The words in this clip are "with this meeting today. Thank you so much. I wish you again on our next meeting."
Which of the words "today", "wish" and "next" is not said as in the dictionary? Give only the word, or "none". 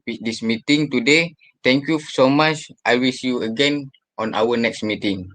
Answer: wish